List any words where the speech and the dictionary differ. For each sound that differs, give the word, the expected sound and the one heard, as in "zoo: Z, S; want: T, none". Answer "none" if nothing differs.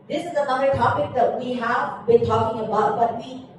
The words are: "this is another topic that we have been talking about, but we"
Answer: none